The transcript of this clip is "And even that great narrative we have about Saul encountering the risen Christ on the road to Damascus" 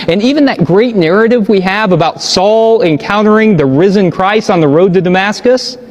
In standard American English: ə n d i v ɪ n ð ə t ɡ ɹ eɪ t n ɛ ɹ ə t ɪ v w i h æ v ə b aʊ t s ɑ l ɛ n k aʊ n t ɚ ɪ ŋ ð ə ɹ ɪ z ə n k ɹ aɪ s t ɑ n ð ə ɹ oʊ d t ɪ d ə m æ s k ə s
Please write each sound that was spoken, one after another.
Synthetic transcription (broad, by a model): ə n i v ɪ n ð ə t ɡ ɹ eɪ t n ɛ ɹ ə t ɪ v w i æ v ə b aʊ t s ɑ l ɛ n k aʊ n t ɚ ɪ ŋ ð ə ɹ ɪ z ə n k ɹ aɪ s n ð ə ɹ oʊ d t ɪ d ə m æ s k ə s